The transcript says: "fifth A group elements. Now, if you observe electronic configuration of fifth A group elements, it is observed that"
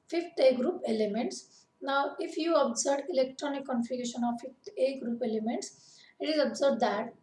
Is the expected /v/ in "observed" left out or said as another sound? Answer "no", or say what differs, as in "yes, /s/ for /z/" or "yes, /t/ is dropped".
yes, /b/ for /v/